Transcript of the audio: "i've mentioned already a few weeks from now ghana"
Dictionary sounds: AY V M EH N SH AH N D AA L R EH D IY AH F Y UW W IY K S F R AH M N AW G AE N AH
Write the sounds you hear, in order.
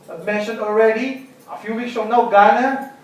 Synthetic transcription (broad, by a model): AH M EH N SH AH N AA L R EH D IY AH F Y UW W IY K S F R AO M N AW G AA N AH